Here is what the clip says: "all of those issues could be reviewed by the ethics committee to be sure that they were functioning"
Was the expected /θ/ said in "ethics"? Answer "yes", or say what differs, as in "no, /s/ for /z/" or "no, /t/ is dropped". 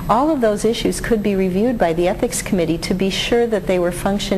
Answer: yes